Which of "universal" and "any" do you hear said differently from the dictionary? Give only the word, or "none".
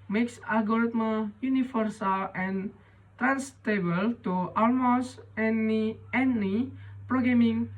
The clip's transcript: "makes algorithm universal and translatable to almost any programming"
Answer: universal